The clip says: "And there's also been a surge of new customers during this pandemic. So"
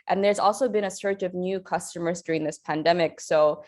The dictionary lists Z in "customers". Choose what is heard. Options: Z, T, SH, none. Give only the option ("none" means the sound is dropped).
Z